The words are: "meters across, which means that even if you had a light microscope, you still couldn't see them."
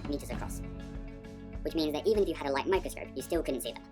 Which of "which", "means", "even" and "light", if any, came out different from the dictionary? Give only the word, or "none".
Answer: none